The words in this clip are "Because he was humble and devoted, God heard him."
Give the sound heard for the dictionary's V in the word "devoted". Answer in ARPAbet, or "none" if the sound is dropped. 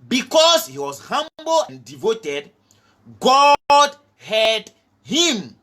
V